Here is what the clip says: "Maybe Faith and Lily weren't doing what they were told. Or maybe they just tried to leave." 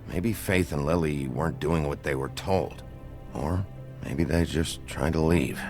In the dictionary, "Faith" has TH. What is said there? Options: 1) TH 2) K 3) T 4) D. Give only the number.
1